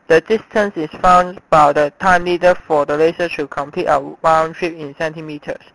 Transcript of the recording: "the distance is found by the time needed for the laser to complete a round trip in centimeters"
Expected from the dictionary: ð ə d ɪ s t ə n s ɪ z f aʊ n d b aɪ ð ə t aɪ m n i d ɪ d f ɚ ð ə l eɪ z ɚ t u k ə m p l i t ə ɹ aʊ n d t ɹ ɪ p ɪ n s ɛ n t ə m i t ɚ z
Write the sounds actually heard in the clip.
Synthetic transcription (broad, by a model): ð ə d ɪ s t ə n s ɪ s f aʊ n d b aɪ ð ə t aɪ m l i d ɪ f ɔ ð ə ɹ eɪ s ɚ t u k ə m p l i t ə w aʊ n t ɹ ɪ p ɪ n s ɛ n t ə m i t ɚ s